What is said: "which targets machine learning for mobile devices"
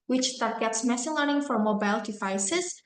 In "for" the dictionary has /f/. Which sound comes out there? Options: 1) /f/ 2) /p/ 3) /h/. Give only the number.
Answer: 1